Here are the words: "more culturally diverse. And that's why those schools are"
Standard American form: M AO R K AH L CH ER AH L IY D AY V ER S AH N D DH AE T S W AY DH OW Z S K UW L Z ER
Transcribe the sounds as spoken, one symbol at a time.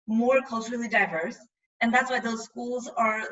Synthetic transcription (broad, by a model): M AO R K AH L CH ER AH L IY D AY V ER S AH N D DH AE T S W AY DH OW Z S K UW L Z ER